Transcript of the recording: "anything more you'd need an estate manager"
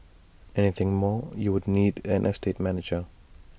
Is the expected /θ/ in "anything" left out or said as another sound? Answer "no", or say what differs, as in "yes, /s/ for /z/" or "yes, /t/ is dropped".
no